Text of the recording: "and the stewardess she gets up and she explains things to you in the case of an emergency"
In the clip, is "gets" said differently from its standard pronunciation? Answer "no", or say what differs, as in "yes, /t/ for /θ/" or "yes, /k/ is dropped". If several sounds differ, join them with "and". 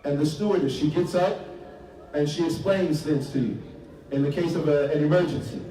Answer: no